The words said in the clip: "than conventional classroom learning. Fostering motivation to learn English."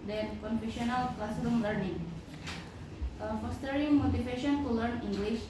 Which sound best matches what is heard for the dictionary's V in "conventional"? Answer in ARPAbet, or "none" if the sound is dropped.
F